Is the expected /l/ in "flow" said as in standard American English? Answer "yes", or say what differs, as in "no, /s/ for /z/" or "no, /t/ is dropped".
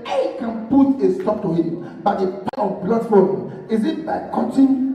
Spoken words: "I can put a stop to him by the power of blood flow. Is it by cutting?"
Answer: no, /l/ is dropped